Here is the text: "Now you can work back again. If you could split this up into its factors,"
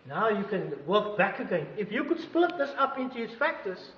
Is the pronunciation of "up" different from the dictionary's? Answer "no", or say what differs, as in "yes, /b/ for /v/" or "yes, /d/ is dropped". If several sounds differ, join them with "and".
no